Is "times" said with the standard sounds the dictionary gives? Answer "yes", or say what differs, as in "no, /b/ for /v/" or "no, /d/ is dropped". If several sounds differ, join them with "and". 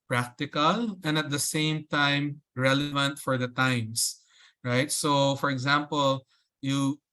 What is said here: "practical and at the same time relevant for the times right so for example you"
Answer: no, /s/ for /z/